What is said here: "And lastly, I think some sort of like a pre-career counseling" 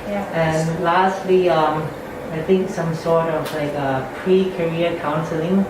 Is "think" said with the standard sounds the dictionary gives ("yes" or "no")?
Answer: yes